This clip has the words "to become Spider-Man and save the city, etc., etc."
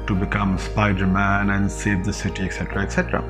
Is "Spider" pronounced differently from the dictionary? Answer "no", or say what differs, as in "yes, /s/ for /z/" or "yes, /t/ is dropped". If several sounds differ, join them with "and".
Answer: no